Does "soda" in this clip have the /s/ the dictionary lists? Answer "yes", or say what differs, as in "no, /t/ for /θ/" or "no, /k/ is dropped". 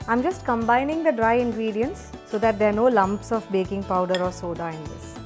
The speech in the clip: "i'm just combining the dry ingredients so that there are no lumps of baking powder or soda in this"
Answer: yes